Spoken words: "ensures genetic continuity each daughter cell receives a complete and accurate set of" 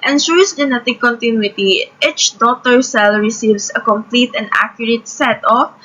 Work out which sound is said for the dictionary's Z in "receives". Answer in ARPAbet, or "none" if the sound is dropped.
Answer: S